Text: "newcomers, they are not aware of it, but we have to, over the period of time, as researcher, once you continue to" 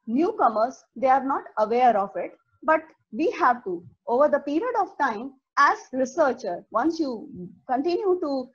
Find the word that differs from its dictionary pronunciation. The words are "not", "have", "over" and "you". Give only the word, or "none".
none